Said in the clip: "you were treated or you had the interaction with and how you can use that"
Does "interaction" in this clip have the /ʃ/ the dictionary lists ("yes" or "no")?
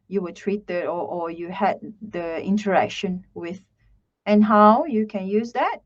yes